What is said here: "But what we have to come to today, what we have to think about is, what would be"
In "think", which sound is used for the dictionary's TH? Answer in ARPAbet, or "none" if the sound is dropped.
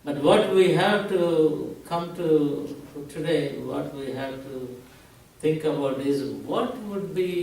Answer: T